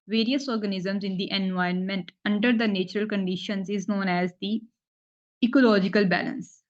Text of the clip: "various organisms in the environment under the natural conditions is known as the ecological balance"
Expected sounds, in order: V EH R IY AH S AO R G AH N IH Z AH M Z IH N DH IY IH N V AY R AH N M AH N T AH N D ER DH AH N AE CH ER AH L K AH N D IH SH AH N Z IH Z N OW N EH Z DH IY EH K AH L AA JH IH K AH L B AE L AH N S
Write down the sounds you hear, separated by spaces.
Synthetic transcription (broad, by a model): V EH R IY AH S AO R G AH N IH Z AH M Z IH N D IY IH N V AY AH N M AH N T AH N D ER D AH N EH CH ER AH L K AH N D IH SH AH N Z IH Z N OW N EH Z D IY EH K AH L AA JH IH K AH L B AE L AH N S